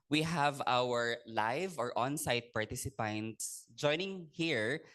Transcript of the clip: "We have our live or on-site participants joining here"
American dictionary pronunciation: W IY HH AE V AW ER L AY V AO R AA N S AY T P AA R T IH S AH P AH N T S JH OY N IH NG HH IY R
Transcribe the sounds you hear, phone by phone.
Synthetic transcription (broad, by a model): W IY HH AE V AW ER L AY V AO R AA N S AY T P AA R T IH S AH P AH N T S JH OY N IH NG HH IY R